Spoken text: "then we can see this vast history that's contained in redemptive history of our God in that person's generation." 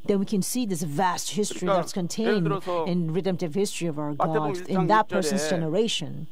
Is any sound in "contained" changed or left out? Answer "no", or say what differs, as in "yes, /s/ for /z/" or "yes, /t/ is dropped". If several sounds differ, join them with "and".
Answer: no